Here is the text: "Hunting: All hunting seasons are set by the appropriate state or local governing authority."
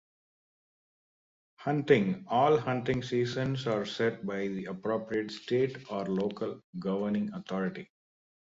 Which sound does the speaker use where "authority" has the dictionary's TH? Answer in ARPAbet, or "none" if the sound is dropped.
T